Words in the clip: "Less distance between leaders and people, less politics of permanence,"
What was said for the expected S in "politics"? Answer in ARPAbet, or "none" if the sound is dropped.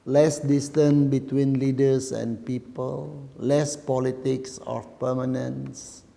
S